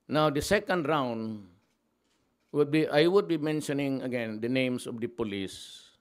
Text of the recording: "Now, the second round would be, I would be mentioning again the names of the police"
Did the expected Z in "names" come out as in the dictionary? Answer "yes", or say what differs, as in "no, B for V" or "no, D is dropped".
no, S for Z